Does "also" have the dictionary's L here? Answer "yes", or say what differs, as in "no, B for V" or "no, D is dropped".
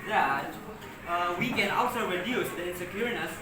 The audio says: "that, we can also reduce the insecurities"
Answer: yes